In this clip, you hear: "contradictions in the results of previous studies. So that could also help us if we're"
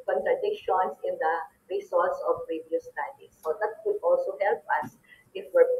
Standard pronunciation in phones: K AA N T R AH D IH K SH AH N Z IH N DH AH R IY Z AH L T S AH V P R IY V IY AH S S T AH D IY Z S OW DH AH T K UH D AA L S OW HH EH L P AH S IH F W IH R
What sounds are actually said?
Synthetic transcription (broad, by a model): K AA N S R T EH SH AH N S IH N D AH R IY S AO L T S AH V P R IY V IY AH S S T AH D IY S OW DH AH T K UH D AA L S OW HH EH L P AH S IH F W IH R